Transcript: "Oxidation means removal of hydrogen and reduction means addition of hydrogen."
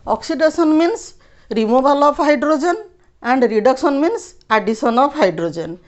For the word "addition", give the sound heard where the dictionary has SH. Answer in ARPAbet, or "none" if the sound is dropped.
S